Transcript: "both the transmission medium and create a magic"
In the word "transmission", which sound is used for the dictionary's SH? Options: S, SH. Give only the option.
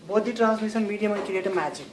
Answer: S